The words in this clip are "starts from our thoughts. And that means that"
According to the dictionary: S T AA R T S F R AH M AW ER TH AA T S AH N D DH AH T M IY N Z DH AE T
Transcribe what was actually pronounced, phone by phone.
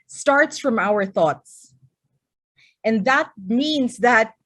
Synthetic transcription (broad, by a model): S T AA R T S F R AH M AW ER TH AA T S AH N DH AH T M IY N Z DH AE T